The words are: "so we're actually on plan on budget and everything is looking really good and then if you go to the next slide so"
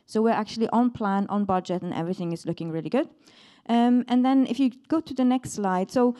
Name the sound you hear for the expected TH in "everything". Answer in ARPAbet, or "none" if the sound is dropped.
TH